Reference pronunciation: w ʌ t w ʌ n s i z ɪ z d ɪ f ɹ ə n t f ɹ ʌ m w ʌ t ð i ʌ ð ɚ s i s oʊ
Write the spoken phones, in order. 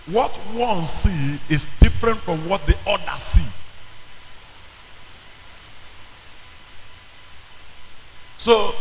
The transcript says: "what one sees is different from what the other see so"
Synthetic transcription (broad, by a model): w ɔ t w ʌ n s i ɪ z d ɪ f ɹ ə n t f ɹ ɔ m w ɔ t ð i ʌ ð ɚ s i s oʊ